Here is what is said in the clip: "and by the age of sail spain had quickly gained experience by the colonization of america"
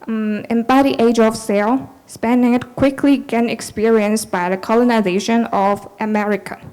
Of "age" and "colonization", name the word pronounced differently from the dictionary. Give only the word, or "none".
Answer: none